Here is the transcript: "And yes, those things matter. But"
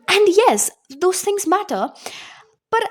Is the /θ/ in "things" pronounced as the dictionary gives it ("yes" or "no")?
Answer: yes